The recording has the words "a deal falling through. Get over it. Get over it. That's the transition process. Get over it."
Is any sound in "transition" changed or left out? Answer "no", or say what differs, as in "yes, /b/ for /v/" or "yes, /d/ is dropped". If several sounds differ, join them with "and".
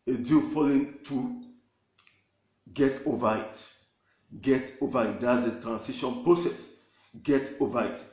yes, /s/ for /z/